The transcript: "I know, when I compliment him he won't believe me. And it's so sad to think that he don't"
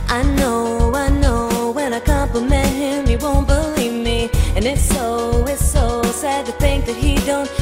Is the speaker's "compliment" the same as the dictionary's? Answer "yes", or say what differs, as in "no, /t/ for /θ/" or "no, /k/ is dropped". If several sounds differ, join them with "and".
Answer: no, /l/ is dropped